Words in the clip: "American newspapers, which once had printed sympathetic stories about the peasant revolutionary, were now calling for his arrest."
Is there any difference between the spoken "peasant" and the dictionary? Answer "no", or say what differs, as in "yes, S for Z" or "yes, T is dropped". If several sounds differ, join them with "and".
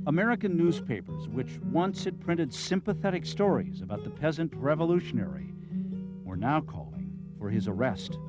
no